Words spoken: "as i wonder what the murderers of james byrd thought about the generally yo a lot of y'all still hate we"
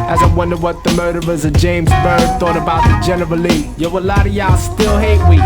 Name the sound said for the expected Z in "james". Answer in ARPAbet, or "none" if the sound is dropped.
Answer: Z